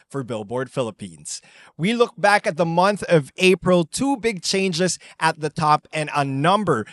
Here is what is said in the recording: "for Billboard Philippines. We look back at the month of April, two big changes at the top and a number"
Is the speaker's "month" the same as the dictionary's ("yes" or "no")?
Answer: yes